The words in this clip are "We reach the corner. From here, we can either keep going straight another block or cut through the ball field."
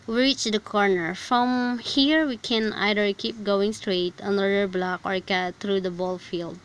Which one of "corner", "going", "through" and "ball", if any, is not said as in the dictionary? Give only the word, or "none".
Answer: through